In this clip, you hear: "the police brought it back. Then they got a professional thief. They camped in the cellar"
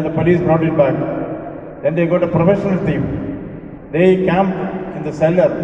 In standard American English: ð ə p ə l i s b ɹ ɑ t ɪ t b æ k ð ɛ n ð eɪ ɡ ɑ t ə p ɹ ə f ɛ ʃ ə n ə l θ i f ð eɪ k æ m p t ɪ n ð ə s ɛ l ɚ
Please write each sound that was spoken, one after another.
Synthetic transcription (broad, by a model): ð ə p ə l i s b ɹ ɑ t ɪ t b æ k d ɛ n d eɪ ɡ ɑ t ə p ɹ ə f ɛ ʃ ə n ə l t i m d eɪ k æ m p ɪ n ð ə s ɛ l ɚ